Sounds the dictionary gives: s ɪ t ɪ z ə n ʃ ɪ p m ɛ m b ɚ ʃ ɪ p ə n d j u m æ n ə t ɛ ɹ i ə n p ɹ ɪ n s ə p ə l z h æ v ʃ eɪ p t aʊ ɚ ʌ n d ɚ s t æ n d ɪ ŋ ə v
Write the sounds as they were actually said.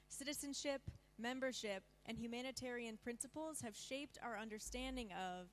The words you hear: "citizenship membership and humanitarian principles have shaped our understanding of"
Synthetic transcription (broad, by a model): s ɪ t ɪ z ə n ʃ ɪ p m ɛ m b ɚ ʃ ɪ p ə n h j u m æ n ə t ɛ ɹ i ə n p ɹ ɪ n s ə p l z h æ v ʃ eɪ p t aʊ ɚ ʌ n d ɚ s t æ n d ɪ ŋ ə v